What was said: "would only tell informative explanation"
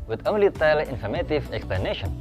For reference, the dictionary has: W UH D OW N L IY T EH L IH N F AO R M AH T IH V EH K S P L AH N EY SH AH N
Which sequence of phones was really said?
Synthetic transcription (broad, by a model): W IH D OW L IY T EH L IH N F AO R M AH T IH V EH K S P L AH N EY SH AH N